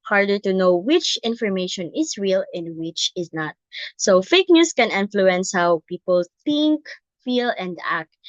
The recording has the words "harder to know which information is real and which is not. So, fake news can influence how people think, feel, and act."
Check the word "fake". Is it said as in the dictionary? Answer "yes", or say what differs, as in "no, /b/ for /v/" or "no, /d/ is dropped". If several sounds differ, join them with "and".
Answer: yes